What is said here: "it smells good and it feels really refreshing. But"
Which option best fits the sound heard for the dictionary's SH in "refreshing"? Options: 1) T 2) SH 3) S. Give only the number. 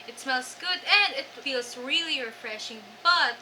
2